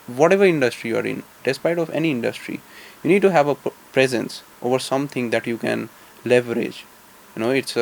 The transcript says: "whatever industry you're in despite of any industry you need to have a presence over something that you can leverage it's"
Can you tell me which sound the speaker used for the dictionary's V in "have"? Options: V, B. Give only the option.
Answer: V